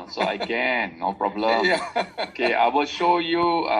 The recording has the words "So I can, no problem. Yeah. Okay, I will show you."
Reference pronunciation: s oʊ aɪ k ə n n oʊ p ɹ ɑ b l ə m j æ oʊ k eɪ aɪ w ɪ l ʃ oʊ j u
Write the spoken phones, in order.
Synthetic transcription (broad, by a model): s oʊ aɪ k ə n n oʊ p ɹ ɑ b l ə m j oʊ k eɪ aɪ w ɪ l ʃ oʊ j u